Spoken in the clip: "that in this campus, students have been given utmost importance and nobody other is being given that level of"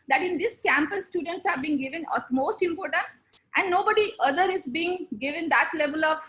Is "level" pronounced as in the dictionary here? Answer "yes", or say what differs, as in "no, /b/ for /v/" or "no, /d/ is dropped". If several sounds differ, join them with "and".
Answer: yes